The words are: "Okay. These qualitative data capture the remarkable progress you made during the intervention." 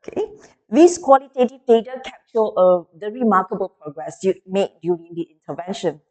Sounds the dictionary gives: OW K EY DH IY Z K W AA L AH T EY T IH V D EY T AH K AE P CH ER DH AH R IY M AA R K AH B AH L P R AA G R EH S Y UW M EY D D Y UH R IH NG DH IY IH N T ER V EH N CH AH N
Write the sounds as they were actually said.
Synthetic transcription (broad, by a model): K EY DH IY S K W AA L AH T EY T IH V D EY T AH K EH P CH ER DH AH R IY M AA K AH B AH L P R AA G R EH S Y UW M EY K D Y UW R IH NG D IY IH N T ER V EH N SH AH N